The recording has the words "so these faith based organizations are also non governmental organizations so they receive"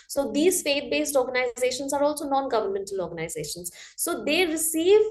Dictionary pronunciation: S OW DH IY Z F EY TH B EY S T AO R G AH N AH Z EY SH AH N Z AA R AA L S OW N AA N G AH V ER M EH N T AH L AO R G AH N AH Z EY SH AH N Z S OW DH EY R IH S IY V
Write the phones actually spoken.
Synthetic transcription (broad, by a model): S OW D IY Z F EY T B EY S T AO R G AH N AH Z EY SH AH N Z AA R AA L S OW N AA N G AH V ER M EH N T AH L AO R G AH N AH Z EY SH AH N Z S OW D EY R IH S IY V